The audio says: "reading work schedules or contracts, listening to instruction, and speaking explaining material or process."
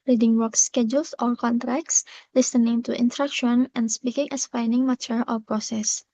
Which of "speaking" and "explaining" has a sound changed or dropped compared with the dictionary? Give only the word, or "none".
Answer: explaining